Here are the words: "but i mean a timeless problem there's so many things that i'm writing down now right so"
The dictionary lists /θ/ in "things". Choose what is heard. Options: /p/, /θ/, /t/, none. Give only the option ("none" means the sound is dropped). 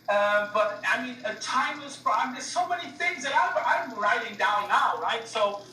/θ/